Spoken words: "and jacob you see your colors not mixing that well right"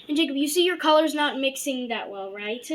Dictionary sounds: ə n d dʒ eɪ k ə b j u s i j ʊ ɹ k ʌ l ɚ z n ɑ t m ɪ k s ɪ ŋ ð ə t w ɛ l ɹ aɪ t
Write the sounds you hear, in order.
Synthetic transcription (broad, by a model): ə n dʒ eɪ k ə b j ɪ s i j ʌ ɹ k ʌ l ɚ z n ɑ t m ɪ k s ɪ ŋ ð ə t w ɛ l ɹ aɪ t